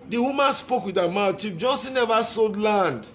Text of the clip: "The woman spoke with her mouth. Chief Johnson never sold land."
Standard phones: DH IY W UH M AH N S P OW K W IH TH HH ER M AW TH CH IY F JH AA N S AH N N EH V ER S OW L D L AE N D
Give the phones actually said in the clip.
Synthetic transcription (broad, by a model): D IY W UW M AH N S P OW K W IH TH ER M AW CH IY P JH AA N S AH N N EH V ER S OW D L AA N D